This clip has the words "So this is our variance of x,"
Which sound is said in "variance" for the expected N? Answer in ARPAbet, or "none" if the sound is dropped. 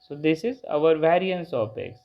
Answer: N